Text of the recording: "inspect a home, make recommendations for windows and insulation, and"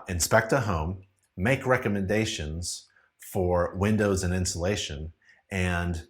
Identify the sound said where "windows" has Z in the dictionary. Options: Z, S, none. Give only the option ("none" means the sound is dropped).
Z